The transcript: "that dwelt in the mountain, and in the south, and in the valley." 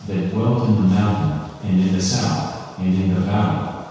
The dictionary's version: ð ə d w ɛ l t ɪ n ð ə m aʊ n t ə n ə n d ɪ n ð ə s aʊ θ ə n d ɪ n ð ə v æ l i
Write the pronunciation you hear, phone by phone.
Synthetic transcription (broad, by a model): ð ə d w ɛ l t ɪ n ð ə m aʊ n t n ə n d ɪ n ð ə s aʊ θ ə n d ɪ n ð ə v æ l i